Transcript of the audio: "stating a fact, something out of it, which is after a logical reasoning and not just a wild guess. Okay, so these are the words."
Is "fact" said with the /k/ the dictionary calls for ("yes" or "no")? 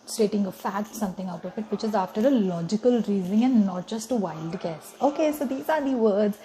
no